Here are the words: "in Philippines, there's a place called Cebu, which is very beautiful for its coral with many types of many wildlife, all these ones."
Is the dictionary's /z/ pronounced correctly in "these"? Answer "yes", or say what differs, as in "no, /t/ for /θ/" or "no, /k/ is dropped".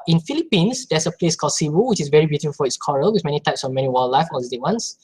no, /z/ is dropped